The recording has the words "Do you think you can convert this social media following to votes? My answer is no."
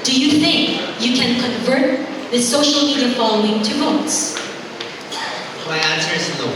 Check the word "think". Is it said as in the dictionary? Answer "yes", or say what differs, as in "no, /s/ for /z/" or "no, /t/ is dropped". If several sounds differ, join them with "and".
yes